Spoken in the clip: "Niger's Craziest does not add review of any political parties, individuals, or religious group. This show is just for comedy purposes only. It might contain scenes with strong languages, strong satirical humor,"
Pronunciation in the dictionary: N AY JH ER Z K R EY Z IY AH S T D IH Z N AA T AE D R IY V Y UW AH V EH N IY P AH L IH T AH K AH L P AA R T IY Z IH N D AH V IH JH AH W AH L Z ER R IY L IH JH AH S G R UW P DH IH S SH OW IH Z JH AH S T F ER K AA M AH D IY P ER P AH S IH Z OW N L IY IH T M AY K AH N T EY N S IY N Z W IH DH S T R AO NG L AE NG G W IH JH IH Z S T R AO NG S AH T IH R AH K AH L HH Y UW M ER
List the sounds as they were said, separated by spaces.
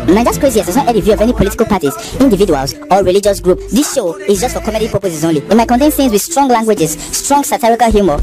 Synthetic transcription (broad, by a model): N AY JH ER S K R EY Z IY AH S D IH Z N AA T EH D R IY V Y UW AH V EH N IY P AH L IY T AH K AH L P AA T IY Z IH N D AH V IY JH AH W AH L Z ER R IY L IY JH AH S G R UW P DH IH S SH OW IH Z JH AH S T F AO K AA M AH D IY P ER P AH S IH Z OW N L IY IH T M AY K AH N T EY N TH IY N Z W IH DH S T R AO NG L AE NG G W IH JH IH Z S T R AO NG S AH T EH R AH K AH L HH Y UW M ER